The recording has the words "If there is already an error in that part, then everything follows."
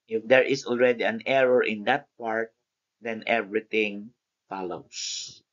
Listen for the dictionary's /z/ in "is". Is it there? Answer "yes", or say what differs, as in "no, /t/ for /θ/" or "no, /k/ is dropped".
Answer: no, /s/ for /z/